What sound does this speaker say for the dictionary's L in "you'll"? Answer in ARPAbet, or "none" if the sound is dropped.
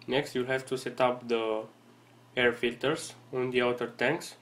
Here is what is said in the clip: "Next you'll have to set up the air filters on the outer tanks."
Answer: L